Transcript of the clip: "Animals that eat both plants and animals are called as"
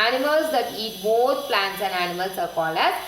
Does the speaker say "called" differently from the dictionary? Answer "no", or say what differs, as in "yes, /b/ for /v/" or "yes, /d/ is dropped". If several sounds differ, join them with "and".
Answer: yes, /d/ is dropped